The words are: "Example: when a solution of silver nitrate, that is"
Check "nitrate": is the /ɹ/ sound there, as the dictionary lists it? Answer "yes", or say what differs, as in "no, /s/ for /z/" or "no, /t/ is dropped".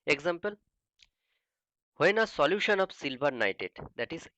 no, /ɹ/ is dropped